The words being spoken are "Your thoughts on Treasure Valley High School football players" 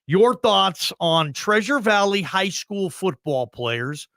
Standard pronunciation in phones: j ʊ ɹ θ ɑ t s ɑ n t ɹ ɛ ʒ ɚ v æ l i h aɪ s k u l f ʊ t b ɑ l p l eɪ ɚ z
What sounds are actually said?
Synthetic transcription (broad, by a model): j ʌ ɹ θ ɑ t s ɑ n t ɹ ɛ ʒ ɚ v æ l i h aɪ s k u l f ʊ t b ɑ l p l eɪ ɚ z